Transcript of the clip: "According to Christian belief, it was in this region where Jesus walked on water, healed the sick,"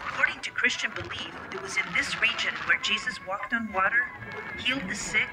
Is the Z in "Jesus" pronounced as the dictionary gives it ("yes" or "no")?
yes